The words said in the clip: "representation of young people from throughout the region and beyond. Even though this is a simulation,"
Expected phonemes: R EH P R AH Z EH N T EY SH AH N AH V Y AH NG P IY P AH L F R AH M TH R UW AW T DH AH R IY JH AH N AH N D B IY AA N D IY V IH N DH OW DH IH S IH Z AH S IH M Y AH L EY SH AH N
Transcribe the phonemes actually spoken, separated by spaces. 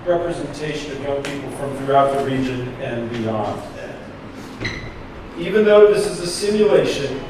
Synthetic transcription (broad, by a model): R EH P R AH Z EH N T EY SH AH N AH V Y AH NG P IY P L F R AH M TH R UW AW T DH AH R IY JH AH N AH N B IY AA N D IY V IH N DH OW DH IH S IH Z AH S IH M Y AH L EY SH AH N